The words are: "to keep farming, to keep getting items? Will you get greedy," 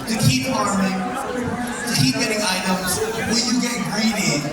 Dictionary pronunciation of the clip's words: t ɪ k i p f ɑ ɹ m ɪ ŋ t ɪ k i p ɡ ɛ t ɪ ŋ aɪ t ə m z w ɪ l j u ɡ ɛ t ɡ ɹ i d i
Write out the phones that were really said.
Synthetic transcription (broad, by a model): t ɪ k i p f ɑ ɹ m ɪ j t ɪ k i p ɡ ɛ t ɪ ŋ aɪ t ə z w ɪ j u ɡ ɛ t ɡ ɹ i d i